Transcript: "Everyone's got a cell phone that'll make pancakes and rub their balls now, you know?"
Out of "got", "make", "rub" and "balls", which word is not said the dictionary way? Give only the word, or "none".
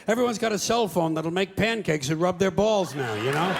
none